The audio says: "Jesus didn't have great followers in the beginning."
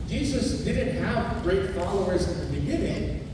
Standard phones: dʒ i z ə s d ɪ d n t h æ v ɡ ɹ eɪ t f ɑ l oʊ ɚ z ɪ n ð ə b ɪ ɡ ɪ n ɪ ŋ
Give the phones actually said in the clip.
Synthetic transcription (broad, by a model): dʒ i z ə s d ɪ d n t h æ v ɡ ɹ eɪ t f ɑ l oʊ ɚ z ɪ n ð ə b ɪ ɡ ɪ n ɪ ŋ